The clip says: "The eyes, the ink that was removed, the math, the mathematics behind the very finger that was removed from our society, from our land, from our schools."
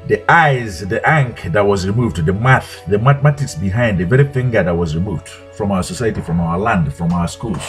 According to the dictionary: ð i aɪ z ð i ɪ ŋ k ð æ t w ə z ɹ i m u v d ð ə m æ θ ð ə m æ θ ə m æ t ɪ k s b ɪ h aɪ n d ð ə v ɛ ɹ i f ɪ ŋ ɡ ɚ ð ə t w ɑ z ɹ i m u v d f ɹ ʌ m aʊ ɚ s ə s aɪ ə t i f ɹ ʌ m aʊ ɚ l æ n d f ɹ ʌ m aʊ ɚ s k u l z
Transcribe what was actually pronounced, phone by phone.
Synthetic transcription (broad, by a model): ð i aɪ z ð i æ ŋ k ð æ t w ə z ɹ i m u v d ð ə m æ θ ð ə m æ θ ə m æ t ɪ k s b ɪ h aɪ n d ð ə v ɛ ɹ i f ɪ ŋ ɡ ɚ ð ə t w ɑ z ɹ i m u v d f ɹ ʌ m aʊ ɚ s ə s aɪ ə t i f ɹ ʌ m aʊ ɚ l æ n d f ɹ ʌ m aʊ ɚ s k u l